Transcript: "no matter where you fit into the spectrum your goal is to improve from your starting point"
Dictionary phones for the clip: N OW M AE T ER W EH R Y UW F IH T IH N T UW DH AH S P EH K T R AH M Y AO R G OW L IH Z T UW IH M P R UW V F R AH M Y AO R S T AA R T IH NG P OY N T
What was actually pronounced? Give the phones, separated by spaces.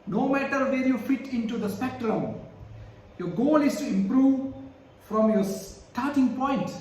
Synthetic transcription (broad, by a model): N OW M AE T ER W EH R Y UW F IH T IH N T UW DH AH S P EH K T R AH M Y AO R G OW L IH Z T UW IH M P R UW V F R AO M Y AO S T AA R T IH NG P OY N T